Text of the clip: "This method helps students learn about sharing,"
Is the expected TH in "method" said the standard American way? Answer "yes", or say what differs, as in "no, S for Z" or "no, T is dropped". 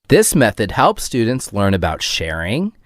yes